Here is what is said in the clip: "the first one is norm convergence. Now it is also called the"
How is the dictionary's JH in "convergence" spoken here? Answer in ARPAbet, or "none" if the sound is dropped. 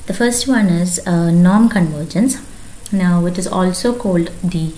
JH